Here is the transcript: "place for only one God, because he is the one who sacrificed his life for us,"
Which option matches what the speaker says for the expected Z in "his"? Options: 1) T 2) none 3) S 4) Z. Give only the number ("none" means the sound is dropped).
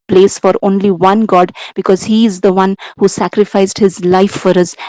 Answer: 4